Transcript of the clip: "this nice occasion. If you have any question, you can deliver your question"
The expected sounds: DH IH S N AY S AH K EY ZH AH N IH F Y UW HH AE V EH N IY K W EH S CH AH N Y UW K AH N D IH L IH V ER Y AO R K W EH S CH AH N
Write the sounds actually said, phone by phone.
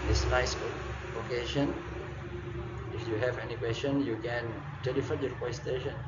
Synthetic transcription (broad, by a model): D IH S N AY S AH K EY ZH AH N IH F Y UW HH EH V EH N IY K W EH S CH AH N Y UW K AH N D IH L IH F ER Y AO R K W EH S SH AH N